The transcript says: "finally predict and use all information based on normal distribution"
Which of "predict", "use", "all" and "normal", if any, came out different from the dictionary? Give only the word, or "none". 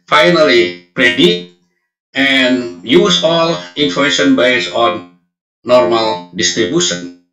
predict